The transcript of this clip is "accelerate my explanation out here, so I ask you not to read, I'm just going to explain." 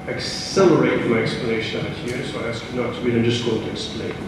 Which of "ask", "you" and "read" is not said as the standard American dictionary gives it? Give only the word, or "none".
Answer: read